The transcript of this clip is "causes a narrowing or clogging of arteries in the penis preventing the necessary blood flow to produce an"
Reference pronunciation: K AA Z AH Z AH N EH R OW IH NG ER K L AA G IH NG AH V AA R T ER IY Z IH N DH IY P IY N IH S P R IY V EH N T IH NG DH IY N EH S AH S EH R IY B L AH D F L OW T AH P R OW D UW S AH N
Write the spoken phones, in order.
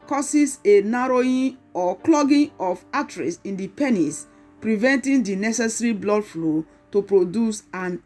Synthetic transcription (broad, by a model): K AA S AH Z AH N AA R OW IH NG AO K L AA G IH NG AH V AA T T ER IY S IH N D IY P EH N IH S P R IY V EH N T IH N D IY N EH S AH S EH R IY B L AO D F L OW T AH P R OW D UW S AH N